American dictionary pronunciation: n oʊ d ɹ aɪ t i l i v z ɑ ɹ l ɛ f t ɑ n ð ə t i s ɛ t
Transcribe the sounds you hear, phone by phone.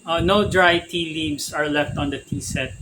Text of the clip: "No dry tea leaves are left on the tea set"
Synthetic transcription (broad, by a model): n oʊ d ɹ aɪ t i l i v s ɑ ɹ l ɛ f t ɑ n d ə t i s ɛ t